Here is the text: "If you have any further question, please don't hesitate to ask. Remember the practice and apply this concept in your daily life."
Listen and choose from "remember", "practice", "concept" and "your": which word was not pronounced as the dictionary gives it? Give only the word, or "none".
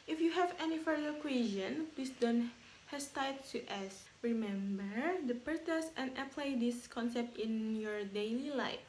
practice